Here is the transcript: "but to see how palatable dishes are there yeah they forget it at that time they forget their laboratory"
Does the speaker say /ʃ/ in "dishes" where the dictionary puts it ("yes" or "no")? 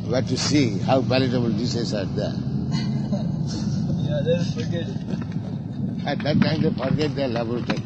no